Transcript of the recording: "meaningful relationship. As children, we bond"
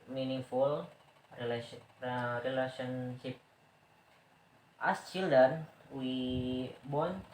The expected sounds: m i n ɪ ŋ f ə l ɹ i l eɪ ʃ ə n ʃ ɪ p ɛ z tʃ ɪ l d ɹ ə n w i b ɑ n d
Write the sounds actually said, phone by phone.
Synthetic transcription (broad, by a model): m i n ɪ f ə l ɹ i l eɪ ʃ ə n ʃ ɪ p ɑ s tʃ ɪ l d ə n w i b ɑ n